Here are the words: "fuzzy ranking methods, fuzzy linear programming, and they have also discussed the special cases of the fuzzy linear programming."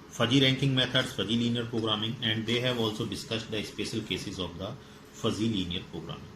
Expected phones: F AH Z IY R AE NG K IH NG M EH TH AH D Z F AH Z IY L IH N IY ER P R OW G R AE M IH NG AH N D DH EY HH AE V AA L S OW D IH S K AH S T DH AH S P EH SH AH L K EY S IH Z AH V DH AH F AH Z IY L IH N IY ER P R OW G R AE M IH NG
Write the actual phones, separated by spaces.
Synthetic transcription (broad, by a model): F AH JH IY R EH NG K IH NG M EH T AH D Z F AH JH IY L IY N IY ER P R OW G R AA M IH NG AH N D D EY HH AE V AA L S OW D IH S K AH S T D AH S P EH SH AH L K EY S IH Z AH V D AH F AH Z IY L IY N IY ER P R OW G R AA M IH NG